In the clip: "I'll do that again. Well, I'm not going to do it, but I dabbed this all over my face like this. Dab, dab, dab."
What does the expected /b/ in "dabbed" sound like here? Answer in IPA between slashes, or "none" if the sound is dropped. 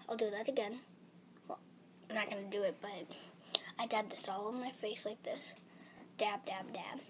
none